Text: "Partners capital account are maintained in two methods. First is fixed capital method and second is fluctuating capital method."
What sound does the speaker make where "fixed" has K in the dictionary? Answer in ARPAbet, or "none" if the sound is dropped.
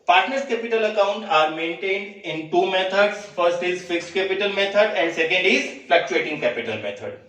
K